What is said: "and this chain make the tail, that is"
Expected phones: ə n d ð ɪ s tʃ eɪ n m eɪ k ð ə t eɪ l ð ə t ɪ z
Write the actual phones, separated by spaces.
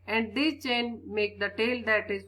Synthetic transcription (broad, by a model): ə n d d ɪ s tʃ eɪ n m eɪ k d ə t eɪ l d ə t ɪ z